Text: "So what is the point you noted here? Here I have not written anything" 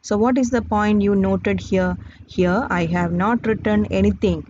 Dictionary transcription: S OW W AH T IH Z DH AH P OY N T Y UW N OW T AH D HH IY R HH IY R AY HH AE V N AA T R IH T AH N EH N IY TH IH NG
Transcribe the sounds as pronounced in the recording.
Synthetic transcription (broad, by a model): S OW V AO T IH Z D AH P OY N T Y UW N OW T AH D HH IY R HH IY R AY HH AE V N AA T R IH T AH N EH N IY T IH NG